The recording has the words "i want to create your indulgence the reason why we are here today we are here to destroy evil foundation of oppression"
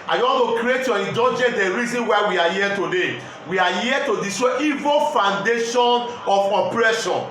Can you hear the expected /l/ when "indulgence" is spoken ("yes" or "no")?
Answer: no